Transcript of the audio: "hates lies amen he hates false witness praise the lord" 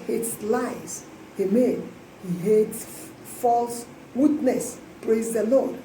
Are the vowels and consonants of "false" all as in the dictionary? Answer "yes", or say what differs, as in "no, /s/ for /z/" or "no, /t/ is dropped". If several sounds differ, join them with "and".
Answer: yes